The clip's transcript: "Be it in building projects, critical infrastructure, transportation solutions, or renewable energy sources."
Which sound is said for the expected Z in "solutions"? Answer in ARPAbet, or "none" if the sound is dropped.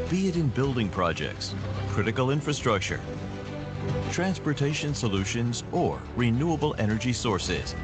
Z